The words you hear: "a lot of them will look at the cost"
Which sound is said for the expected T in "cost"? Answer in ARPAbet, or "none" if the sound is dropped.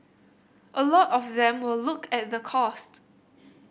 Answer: T